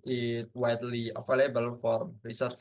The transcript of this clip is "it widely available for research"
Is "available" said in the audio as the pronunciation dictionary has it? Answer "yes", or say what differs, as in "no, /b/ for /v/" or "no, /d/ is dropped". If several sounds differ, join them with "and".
no, /f/ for /v/